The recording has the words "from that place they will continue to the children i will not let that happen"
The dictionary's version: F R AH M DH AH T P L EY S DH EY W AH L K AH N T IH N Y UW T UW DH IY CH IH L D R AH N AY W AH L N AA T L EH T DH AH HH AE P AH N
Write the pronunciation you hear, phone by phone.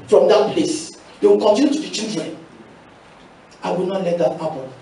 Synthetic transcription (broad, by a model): F R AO M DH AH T P L EY S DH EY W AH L K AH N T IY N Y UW T UW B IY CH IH D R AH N AY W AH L N AA T L EH T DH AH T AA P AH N